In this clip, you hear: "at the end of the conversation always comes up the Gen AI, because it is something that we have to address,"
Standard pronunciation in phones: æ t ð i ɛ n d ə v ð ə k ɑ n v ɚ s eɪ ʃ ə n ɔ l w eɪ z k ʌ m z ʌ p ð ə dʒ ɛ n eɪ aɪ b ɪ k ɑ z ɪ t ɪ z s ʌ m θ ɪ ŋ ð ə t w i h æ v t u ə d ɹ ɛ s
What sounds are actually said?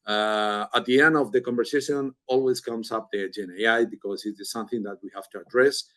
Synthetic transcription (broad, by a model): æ t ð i ɛ n d ə v ð ə k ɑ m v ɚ s eɪ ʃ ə n ɔ l w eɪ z k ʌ m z ʌ p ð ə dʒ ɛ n eɪ aɪ b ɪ k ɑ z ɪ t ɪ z s ʌ m θ ɪ ŋ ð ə t w i h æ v t u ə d ɹ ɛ s